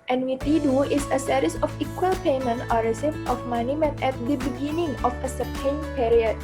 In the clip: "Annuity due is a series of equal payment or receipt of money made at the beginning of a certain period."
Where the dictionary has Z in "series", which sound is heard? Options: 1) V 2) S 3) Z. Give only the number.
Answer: 2